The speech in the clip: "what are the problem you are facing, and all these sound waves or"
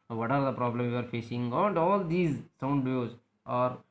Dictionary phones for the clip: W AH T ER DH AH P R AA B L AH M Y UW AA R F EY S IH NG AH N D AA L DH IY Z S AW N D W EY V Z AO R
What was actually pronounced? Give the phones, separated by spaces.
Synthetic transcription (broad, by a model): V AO T ER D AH P R AA B L AH M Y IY AA R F EY S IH NG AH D AA L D IY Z S AW N D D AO Z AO R